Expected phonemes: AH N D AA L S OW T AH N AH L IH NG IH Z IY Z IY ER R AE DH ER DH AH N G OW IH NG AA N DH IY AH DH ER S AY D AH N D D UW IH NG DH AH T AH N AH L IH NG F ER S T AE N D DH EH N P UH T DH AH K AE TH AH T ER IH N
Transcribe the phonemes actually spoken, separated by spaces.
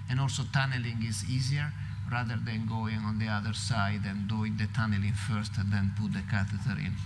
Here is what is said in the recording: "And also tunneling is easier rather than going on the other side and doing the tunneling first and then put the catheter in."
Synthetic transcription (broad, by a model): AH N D AA L S OW T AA N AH L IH NG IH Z IY Z IY ER R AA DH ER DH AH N G OW IH NG AA N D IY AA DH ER S AY D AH N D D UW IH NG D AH T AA N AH L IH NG F ER S T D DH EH N P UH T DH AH K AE T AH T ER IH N